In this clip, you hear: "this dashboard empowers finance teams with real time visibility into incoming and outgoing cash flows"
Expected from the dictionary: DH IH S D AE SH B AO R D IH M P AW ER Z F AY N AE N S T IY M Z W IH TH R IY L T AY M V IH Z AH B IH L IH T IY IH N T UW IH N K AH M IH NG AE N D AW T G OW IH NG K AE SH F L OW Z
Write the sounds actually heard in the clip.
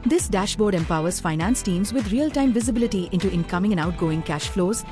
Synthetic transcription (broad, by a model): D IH S D AE SH B AO R D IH M P AW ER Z F AY N AE N S T IY M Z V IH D R IY L T AY M V IH Z AH B IH L IH T IY IH N T UW IH N K AH M IH NG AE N AW T G OW IH NG K AE SH F L OW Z